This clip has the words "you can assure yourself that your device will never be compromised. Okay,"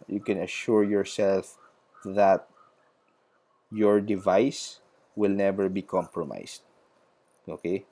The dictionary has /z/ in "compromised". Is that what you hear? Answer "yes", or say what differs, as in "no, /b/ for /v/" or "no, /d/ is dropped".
no, /s/ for /z/